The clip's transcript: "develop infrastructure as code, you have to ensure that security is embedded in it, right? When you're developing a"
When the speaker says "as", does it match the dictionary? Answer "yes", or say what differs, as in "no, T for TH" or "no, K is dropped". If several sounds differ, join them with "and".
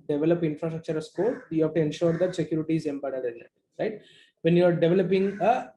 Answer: no, S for Z